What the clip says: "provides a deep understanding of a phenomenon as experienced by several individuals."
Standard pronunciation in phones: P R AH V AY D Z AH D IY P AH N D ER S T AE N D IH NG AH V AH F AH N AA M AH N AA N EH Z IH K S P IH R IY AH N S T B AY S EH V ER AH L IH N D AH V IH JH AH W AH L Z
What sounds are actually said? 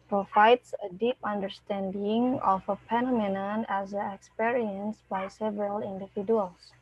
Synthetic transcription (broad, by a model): P R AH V AY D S AH D IY P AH N D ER S T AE N D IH NG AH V AH P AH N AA M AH N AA N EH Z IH K S P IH R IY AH N S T B AY S EH V ER AH L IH N D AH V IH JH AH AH L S